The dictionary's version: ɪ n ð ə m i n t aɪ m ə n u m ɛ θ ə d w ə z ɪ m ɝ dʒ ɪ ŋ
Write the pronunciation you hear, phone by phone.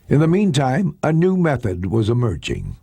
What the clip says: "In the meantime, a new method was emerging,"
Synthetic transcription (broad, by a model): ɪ n ð ə m i n t aɪ m ə n u m ɛ θ ə d w ə z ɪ m ɝ dʒ ɪ ŋ